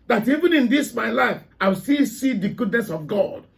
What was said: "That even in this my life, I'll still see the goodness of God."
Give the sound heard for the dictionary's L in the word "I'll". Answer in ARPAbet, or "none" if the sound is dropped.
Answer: W